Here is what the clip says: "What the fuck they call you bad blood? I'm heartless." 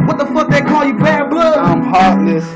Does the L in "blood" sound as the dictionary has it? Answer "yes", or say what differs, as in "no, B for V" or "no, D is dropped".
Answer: no, L is dropped